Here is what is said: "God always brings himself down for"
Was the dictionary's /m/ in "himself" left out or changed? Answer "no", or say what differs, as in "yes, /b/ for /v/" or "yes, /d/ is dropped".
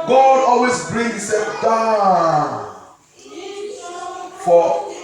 yes, /m/ is dropped